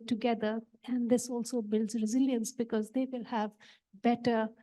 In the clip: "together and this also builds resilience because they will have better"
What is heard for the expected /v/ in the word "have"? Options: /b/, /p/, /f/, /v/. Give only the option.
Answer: /v/